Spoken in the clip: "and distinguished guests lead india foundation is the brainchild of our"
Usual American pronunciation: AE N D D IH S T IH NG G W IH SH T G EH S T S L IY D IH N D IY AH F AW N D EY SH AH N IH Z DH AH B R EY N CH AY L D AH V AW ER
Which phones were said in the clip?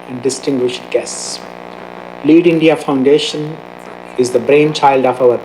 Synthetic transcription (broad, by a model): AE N D D IH S T IH NG G W IH SH T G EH S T S L IY D IH N D IY AH F AW N D EY SH AH N IH Z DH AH B R EY N CH AY L D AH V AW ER